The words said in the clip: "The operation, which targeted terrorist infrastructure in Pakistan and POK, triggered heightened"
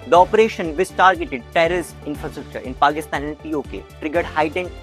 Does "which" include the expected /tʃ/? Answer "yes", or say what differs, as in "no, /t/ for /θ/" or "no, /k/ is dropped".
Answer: no, /s/ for /tʃ/